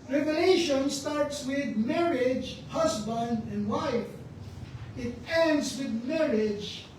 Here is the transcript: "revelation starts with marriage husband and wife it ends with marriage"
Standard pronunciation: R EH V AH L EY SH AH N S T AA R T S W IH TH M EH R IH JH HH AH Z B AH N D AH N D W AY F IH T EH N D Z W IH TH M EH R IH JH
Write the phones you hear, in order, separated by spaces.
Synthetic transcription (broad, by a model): R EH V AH L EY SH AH N S T AA R T S W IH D M EH R IH JH HH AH S B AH N D AH N D W AY F IH T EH N D S W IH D M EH R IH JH